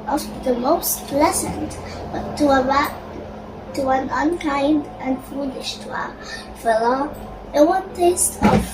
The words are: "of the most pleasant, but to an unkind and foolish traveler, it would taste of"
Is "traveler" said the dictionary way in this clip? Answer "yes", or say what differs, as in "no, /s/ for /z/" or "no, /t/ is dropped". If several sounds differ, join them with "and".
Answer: no, /ɹ/ is dropped